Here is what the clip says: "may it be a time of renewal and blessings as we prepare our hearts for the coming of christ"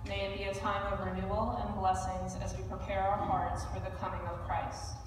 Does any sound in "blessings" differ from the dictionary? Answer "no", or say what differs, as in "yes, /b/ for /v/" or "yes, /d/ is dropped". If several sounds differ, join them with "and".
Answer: no